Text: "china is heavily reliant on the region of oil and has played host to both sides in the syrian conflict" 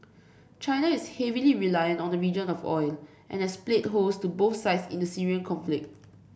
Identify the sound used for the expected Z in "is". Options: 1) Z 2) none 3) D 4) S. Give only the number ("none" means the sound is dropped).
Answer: 4